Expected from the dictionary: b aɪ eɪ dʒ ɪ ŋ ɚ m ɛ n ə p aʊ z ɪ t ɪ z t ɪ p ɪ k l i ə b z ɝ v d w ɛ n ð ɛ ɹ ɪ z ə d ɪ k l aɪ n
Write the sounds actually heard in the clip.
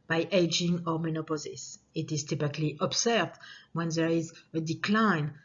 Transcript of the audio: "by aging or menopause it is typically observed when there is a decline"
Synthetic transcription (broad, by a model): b aɪ eɪ dʒ ɪ ŋ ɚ m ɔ n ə p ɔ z ɪ t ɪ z t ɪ p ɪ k l i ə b s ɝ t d w ɛ n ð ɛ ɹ ɪ z ə d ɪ k l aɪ n